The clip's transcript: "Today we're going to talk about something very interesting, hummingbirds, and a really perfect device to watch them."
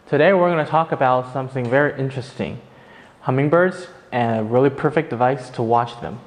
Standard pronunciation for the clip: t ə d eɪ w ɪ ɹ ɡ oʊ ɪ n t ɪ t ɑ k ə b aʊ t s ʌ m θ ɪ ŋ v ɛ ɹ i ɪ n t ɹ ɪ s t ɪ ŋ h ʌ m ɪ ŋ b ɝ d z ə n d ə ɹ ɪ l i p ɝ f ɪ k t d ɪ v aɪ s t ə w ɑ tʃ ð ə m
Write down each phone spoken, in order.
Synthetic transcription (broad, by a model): t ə d eɪ w ɪ ɹ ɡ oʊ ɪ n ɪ t ɑ k ə b aʊ t s ʌ m θ ɪ ŋ v ɛ ɹ i ɪ n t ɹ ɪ s t ɪ ŋ h ʌ m ɪ ŋ b ɝ d z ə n ə ɹ ɪ l i p ɝ f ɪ k d ɪ v aɪ s t ə w ɑ tʃ ð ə m